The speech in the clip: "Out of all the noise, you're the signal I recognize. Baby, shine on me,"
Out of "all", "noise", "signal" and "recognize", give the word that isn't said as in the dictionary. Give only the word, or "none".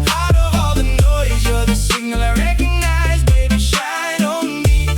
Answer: signal